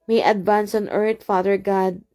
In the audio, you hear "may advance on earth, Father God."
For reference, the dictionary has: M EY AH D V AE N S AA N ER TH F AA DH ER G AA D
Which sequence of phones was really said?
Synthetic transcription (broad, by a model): M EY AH D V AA N S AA N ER T F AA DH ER G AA D